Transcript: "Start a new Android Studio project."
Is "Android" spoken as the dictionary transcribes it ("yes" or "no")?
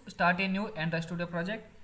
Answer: no